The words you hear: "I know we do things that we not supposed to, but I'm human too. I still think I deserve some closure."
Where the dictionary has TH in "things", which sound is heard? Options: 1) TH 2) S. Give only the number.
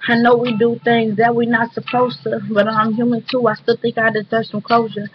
1